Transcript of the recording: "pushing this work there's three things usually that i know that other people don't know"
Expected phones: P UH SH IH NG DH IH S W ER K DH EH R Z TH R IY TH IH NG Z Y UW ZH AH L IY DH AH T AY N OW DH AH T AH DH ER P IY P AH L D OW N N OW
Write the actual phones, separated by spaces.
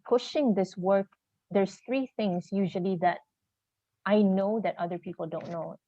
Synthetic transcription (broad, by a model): P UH SH IH NG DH IH S W ER K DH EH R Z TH R IY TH IH NG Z Y UW ZH AH L IY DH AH T AY N OW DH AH T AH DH ER P IY P AH L D OW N N OW